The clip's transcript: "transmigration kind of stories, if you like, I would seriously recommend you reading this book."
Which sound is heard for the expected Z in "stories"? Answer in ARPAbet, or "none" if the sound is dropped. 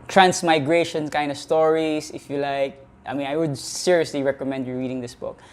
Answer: S